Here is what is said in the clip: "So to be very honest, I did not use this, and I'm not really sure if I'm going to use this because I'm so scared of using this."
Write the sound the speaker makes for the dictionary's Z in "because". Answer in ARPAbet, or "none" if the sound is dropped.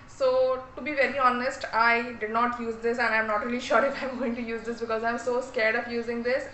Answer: Z